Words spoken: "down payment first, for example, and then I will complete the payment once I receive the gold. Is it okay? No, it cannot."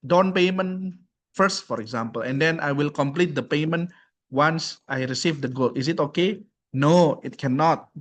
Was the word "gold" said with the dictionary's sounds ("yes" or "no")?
no